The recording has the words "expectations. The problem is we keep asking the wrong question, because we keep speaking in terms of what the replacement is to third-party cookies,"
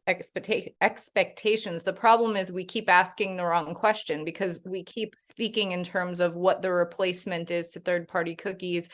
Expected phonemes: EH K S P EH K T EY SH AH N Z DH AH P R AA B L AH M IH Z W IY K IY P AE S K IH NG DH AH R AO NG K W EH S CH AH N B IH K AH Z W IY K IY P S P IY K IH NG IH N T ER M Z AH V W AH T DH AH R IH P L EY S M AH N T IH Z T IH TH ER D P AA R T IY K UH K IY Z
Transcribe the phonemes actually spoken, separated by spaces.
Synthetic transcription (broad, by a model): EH K S P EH K T EY SH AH N Z DH AH P R AA B L AH M IH Z W IY K IY P AE S K IH NG DH AH R AO NG K W EH S CH AH N B IH K AH Z W IY K IY P S P IY K IH NG IH N T ER M Z AH V W AH T DH AH R IH P L EY S M AH N T IH Z T IH TH ER D P AA R T IY K UH K IY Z